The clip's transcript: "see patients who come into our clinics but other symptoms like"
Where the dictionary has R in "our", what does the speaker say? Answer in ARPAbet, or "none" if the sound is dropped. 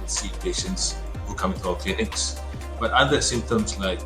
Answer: L